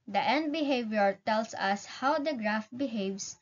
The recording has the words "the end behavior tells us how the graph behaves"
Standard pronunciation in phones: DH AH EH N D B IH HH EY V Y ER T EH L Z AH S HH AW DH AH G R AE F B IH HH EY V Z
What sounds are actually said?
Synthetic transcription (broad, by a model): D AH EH N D B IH HH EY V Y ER T EH L S AH S HH AW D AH G R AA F B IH HH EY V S